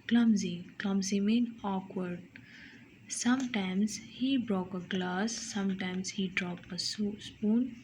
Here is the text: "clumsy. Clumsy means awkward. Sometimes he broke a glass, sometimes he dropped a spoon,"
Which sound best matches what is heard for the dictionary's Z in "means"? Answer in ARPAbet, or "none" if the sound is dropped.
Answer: none